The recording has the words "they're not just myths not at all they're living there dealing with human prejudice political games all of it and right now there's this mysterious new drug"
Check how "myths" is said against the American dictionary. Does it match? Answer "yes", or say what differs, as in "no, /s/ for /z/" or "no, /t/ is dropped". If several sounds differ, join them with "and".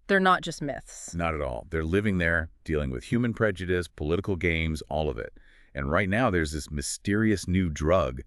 yes